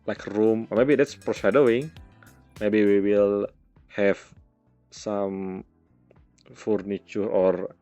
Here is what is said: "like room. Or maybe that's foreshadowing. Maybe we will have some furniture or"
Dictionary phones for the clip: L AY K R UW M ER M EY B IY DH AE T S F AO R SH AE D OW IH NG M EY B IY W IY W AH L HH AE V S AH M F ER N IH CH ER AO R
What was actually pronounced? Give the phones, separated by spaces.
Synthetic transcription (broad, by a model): L AY K R UW M M EY B IY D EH T S P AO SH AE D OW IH NG M EY B IY W IY W AH L HH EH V S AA M F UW N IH CH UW AO R